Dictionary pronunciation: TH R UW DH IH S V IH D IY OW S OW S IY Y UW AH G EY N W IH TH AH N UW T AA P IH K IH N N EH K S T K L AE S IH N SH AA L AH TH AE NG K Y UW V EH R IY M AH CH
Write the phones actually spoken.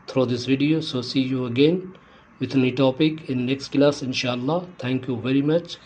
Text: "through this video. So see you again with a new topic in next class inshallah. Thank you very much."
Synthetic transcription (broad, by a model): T R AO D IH S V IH D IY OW S OW S IY Y UW AH G EY N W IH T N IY T AA P IH K IH N N EH K S T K L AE S IH N SH AA L AH T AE NG K Y UW V EH R IY M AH CH